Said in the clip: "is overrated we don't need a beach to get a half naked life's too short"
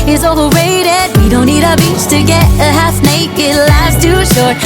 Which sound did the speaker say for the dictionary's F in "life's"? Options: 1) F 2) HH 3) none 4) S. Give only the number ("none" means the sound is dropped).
3